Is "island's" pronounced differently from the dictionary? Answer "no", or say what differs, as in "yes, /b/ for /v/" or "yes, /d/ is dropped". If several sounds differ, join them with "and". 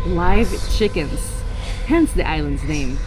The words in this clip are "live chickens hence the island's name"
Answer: no